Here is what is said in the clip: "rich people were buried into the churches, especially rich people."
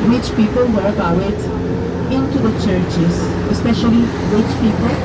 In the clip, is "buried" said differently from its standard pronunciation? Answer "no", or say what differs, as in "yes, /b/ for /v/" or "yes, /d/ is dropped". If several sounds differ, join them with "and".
yes, /w/ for /ɹ/